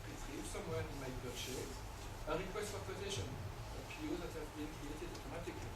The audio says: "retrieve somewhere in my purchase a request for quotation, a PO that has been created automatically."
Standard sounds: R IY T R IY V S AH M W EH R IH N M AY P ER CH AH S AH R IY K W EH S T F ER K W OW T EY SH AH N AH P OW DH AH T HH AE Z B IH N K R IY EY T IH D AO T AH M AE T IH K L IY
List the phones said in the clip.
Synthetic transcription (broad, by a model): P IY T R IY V S AH M W EH R IH N M AY B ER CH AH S AH R IY K W EH S T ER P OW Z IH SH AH N AH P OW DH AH T HH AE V B IH N K R IY EY T IH D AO T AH M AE T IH K L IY